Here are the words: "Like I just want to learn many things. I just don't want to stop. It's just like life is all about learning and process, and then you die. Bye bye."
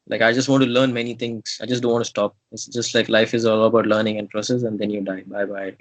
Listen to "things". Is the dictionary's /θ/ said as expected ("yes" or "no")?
no